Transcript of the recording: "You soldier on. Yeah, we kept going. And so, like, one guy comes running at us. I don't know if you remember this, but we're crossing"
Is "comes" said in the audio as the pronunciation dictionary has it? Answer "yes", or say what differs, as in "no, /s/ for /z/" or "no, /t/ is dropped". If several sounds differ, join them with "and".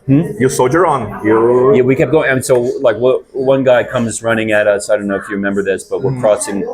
yes